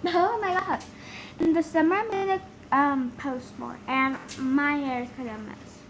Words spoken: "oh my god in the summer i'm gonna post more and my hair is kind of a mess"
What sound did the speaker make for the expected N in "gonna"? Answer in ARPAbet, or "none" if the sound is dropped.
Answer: none